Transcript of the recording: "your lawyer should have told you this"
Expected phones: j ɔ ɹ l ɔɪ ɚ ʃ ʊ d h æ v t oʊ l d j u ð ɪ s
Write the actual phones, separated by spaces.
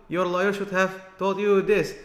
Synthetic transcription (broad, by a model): j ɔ ɹ l ɔɪ ɚ ʃ ʊ d h æ v t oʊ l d j u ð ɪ s